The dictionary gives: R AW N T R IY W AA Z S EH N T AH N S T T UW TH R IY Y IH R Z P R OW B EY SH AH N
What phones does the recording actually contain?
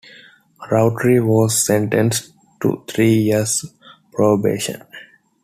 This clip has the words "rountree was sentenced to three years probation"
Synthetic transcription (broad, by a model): R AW T R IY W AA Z S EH N T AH N S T T UW T R IY Y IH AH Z P R OW B EY SH AH N